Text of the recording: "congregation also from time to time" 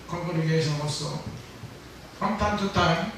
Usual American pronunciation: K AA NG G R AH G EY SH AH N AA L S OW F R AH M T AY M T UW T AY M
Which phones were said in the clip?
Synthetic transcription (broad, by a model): K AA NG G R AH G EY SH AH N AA S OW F R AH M T AY M T UW T AY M